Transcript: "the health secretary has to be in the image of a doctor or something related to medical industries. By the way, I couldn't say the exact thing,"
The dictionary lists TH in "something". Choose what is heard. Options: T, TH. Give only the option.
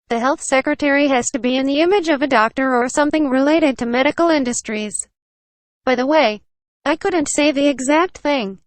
TH